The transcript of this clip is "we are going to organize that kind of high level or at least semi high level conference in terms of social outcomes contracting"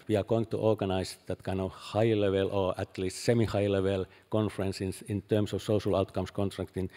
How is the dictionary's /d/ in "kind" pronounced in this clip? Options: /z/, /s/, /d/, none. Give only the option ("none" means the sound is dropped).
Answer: none